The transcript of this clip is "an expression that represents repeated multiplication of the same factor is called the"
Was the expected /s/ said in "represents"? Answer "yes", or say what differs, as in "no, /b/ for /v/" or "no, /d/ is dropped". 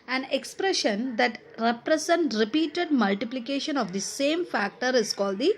no, /s/ is dropped